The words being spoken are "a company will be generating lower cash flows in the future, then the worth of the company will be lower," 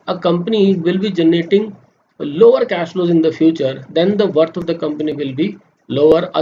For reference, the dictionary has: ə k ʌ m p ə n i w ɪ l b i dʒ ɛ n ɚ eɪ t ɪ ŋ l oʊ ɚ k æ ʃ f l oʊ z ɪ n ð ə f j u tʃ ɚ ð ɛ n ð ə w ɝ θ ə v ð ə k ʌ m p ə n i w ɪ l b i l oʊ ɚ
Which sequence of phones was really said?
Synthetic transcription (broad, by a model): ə k ʌ m p ə n i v ɪ l b i dʒ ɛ n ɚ eɪ t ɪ ŋ l oʊ ɚ k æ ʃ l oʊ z ɪ n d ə f j u tʃ ɚ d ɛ n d ə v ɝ t ə v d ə k ʌ m p ə n i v ɪ l b i l oʊ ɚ